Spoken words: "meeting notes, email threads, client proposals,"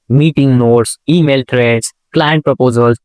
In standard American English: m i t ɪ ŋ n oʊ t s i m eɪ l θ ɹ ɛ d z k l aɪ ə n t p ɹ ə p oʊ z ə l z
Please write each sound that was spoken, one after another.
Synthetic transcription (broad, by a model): m i t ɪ ŋ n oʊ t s i m eɪ l t ɹ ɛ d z k l aɪ ə n t p ɹ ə p oʊ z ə l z